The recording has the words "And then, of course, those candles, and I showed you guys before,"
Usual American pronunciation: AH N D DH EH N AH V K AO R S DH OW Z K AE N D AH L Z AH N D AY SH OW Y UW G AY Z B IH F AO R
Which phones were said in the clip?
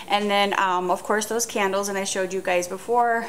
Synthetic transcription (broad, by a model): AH N DH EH N AH V K AO R S DH OW Z K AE N D L Z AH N AY SH OW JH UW G AY Z B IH F AO R